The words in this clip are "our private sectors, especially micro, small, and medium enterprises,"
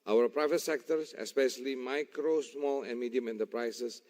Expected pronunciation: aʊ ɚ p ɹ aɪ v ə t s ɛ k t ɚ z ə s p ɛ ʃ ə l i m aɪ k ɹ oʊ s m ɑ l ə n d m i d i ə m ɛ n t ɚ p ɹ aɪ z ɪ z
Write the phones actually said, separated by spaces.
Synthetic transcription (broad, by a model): aʊ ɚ p ɹ aɪ v ə t s ɛ k t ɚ s ə s p ɛ ʃ ə l i m aɪ k ɹ oʊ s m ɑ l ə n m i d i ə m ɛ n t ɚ p ɹ aɪ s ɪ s